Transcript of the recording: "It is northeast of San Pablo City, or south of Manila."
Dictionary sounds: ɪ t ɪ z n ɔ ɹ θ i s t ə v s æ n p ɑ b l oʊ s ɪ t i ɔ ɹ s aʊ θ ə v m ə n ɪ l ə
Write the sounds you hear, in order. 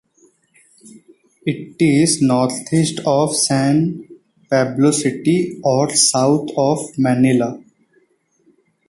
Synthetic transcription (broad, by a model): ɪ t ɪ z n ɔ ɹ t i s t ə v s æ n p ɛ b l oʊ s ɪ t i ɔ ɹ s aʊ t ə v m ə n ɪ l ə